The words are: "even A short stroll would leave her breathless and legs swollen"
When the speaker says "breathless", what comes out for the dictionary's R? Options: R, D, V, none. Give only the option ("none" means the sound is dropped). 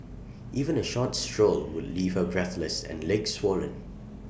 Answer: R